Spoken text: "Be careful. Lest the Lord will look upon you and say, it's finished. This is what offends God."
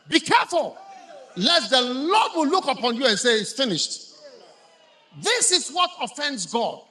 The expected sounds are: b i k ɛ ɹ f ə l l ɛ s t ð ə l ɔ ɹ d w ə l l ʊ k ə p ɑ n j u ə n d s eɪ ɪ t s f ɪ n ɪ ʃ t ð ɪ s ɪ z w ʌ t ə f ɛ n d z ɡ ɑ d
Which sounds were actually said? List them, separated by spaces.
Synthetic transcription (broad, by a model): b i k ɛ ɹ f ə l l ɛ t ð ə l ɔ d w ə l l ʊ k ə p ɑ n j u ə n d s eɪ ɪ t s f ɪ n ɪ ʃ t ð ɪ s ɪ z w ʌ t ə f ɛ n d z ɡ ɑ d